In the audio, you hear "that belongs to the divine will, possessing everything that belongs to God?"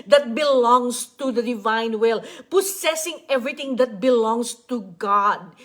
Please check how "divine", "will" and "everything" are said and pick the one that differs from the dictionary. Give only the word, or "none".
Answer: everything